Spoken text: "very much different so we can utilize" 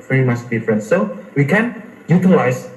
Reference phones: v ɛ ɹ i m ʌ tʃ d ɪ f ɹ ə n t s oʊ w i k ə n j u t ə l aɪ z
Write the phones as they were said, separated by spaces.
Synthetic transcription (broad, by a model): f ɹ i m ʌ s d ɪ f ɹ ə n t s oʊ w i k ə n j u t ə l aɪ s